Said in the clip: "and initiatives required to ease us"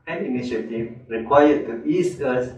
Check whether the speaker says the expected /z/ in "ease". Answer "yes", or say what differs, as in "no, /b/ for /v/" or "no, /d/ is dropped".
no, /s/ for /z/